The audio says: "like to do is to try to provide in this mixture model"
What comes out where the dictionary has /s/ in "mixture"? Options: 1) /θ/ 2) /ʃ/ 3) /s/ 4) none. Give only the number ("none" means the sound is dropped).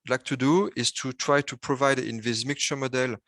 4